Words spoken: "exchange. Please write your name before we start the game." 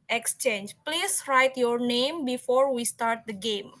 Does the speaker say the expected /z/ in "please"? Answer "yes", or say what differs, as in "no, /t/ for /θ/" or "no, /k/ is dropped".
no, /s/ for /z/